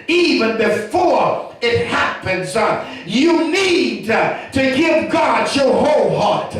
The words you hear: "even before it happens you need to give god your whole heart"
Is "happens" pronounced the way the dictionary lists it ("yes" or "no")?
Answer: yes